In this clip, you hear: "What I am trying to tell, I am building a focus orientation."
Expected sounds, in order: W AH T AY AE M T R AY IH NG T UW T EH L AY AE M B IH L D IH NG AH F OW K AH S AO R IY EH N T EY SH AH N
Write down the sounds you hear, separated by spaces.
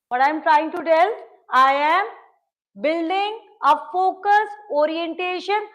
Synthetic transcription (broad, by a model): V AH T AY M T R AY IH NG T UW T EH L AY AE M B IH L D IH NG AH F OW K AH S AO R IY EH N T EY SH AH N